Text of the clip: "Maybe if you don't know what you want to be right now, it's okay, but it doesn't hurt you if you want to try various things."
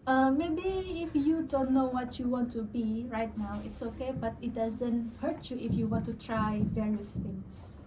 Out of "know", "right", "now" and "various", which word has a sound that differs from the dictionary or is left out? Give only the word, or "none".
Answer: none